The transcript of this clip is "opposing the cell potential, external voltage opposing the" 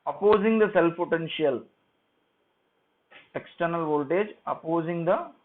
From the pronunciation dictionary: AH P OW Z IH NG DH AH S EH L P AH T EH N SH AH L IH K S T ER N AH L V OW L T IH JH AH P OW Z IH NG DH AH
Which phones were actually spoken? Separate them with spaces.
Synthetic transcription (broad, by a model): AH P OW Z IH NG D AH S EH L P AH T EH N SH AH L IH K S T ER N AH L V OW L T IH JH AH P OW Z IH NG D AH